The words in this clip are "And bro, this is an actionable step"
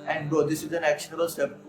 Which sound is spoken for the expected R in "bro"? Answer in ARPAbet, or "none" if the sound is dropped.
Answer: none